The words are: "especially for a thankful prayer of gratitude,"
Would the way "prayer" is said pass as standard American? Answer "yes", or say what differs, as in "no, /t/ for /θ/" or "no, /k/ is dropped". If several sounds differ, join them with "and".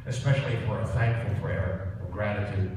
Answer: no, /f/ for /p/